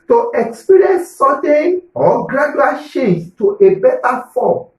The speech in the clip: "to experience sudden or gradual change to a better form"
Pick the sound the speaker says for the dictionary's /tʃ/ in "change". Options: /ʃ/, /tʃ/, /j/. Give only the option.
/ʃ/